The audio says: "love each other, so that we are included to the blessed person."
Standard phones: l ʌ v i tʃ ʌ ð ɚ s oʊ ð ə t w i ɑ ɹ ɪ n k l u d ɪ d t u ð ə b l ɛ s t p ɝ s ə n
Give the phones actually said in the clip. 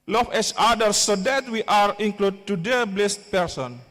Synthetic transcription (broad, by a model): l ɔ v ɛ s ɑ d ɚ s oʊ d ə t w i ɑ ɹ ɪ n k l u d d t u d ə b l ɛ s t p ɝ s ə n